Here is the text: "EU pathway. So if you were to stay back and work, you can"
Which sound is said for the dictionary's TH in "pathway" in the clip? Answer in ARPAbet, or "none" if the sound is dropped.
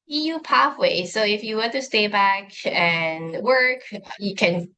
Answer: F